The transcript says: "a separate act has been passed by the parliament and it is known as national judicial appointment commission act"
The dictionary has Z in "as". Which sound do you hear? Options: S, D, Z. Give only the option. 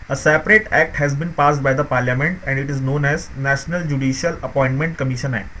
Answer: Z